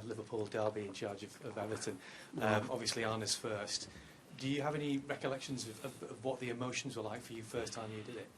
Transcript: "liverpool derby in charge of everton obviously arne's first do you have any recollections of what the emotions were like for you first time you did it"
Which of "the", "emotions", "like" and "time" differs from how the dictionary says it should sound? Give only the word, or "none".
none